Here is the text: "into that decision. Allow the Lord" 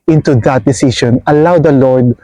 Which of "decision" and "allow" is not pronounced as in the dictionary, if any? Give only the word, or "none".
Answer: decision